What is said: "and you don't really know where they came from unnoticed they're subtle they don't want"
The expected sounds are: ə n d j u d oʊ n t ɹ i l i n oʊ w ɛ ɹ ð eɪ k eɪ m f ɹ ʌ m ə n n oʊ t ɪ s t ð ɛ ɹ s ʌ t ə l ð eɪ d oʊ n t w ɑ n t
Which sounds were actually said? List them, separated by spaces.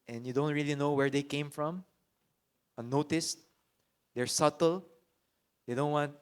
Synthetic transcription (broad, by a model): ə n j u d oʊ n t ɹ i l i n oʊ w ɛ ɹ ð eɪ k eɪ m f ɹ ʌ m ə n n oʊ t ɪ s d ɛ ɹ s ʌ t ə l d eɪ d oʊ n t w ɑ n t